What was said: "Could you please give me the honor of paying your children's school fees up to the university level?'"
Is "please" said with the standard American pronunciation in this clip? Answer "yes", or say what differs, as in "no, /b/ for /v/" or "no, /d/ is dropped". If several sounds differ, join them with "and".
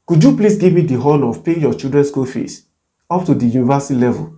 no, /s/ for /z/